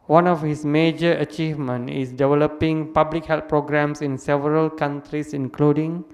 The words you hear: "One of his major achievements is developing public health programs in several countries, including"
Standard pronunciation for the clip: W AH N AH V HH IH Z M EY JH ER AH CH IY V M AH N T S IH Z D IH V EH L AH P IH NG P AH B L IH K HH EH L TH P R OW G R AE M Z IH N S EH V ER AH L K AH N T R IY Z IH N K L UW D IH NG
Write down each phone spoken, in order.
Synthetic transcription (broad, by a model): W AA N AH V HH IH S M EY JH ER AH CH IY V M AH N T IH S D IH V EH L AH P IH NG P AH B L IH K HH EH L T P R OW G R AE M S IH N S EH V ER AH L K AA N T R IY S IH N K L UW D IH NG